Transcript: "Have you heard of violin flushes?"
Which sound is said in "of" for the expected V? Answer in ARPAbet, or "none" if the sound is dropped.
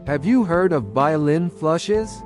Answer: V